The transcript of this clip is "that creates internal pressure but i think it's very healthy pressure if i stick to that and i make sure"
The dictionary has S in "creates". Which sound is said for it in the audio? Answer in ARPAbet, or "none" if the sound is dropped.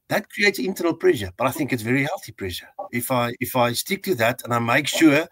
S